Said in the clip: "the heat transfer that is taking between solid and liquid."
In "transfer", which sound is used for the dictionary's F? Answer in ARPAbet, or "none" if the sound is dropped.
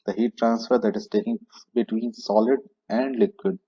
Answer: F